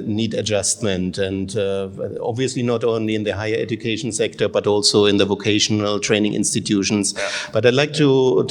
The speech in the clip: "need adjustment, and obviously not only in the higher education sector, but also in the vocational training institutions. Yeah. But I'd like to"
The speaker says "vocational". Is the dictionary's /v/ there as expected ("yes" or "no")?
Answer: yes